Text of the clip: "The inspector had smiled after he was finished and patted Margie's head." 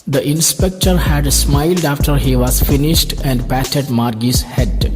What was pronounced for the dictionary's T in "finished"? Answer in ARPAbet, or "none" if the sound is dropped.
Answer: T